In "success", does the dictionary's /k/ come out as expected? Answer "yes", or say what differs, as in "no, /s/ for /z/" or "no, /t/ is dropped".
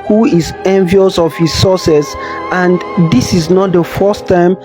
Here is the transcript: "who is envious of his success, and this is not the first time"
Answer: no, /k/ is dropped